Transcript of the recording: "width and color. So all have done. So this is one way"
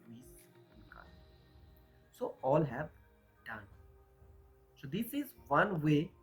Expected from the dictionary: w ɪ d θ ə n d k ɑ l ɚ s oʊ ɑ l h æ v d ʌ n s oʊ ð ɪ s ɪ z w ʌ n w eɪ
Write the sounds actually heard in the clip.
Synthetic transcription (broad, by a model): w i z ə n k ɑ ɪ s oʊ ɑ l h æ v d ʌ n s oʊ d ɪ s ɪ z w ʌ n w eɪ